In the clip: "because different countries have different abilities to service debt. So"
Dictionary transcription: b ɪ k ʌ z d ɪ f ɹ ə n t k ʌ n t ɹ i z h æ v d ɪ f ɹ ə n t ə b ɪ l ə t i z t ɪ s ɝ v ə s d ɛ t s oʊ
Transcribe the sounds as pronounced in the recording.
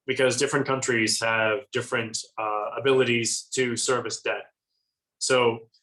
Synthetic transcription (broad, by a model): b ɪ k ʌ z d ɪ f ɹ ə n k ʌ n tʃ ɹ i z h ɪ v d ɪ f ɹ ə n t ə b ɪ l ə t i z t ɪ s ɝ v ə s d ɛ t s oʊ